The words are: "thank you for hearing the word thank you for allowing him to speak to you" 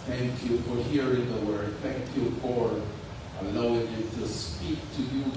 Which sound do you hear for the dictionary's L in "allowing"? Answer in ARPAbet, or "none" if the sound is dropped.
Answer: none